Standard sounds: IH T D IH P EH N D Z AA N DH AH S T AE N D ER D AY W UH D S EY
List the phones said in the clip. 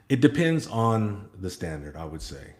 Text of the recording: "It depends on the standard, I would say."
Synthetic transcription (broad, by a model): IH T D IH P EH N D Z N DH AH S T AE N D ER D AY W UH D S EY